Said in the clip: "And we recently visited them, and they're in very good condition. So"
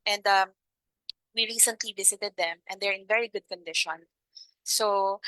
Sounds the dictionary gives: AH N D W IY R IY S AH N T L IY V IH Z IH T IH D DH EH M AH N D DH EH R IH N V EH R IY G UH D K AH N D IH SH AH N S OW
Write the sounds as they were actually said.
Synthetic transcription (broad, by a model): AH N D W IY R IY S AH N T L IY V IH S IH T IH D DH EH M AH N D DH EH R IH N V EH R IY G UH D K AH N D IH SH AH N S OW